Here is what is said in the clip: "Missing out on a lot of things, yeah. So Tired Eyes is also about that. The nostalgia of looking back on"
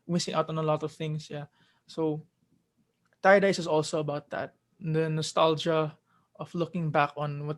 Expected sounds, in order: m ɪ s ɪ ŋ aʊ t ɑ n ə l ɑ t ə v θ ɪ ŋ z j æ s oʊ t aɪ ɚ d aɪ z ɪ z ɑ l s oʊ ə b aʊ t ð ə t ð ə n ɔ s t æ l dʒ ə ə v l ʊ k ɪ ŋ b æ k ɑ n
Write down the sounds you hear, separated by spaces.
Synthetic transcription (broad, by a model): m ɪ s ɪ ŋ aʊ t ɑ n ə l ɑ t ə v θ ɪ ŋ s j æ s oʊ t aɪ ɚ d aɪ s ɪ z ɑ l s oʊ ə b aʊ t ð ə t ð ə n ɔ s t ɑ l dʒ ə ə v l ʊ k ɪ ŋ b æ k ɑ n